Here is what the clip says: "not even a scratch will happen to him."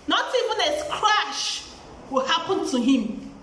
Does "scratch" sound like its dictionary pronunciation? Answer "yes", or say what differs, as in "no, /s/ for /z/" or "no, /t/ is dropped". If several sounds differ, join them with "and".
no, /ʃ/ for /tʃ/